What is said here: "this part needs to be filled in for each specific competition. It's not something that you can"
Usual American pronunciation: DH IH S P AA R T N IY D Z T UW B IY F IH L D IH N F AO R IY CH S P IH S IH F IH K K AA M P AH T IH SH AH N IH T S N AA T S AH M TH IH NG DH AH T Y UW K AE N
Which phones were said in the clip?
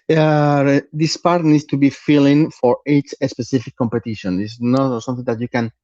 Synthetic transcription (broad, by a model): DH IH S P AA R T N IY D S T UW B IY F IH L IH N F AO R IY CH S P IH S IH F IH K K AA M P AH T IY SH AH N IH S N AA T S AH M TH IH NG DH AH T Y UW K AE N